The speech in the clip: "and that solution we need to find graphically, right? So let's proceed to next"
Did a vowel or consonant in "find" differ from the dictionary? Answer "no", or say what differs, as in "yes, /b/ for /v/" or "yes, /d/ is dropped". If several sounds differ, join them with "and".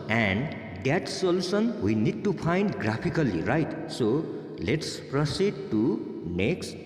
yes, /p/ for /f/